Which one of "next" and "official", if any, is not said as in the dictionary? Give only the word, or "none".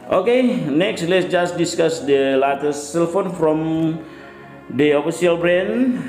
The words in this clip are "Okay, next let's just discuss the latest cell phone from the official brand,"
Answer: official